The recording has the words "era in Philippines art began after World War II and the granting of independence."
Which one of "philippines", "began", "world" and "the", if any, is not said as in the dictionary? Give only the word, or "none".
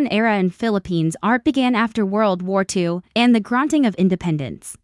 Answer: none